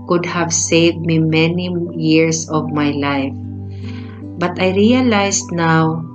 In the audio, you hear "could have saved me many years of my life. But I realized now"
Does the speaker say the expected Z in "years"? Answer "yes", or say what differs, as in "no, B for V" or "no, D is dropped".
no, S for Z